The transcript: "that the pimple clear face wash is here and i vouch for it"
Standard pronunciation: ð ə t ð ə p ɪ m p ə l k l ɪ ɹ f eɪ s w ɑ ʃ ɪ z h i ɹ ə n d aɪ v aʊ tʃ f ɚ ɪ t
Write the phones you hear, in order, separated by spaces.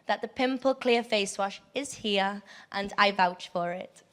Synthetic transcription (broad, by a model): ð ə t ð ə p ɪ m p ə l k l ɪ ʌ f eɪ s w ɑ ʃ ɪ z h i ɹ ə n aɪ v aʊ tʃ f ɚ ɪ t